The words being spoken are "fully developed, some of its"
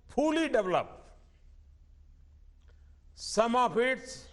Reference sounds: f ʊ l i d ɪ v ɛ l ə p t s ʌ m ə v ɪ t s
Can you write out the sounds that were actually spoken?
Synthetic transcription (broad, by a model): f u l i d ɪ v l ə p s ʌ m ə p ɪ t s